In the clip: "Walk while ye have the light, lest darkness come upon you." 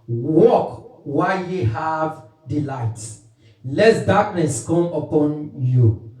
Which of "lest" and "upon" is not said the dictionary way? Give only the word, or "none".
lest